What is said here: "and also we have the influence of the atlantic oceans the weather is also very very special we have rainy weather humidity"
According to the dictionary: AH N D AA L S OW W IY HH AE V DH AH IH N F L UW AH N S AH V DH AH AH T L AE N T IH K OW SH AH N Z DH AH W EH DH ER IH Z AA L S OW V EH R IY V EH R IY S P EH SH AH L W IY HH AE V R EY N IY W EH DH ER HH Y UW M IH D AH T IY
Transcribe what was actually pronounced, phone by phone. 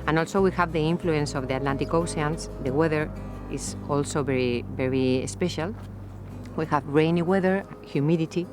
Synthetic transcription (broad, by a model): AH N AA L S OW W IY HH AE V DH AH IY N F L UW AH N S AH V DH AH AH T L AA N T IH K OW S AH N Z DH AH W EH DH ER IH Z AA L S OW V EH R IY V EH R IY S P EH SH AH L W IY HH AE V R EY N IY W EH DH ER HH Y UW M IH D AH T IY